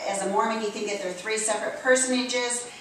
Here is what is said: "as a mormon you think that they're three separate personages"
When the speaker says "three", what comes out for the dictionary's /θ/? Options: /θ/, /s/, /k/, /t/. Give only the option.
/θ/